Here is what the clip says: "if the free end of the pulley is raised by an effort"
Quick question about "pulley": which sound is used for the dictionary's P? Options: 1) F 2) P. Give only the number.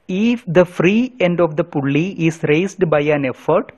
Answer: 2